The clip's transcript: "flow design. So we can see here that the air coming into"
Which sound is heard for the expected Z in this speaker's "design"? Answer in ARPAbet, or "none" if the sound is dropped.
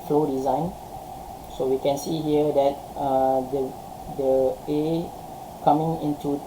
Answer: Z